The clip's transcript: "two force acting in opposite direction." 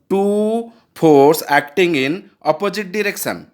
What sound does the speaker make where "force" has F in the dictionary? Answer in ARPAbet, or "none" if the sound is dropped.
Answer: P